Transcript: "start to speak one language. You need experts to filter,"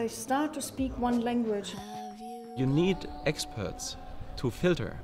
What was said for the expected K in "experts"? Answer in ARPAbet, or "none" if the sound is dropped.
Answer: K